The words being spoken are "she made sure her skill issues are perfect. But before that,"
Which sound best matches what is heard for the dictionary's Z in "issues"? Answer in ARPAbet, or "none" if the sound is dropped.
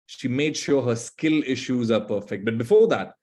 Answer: Z